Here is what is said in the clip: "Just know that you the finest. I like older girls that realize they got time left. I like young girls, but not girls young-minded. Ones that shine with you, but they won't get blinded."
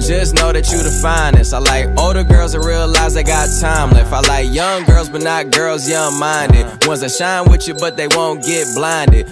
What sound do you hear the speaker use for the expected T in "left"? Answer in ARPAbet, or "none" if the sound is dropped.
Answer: none